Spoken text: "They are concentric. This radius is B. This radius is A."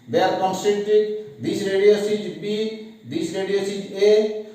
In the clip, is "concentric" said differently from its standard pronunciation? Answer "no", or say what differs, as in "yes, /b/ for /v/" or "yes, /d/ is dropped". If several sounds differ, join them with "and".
yes, /ɹ/ is dropped